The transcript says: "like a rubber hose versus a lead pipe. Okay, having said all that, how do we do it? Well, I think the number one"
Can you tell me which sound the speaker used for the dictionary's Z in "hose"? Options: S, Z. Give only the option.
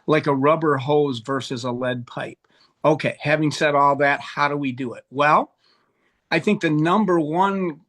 Z